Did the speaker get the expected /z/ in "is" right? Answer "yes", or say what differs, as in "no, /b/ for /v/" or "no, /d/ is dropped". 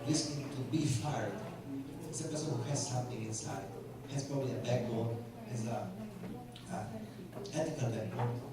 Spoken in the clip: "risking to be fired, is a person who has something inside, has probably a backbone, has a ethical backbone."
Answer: no, /s/ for /z/